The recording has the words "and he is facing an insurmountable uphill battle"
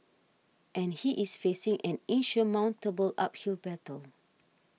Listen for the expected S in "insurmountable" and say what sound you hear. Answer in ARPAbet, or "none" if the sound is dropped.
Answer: SH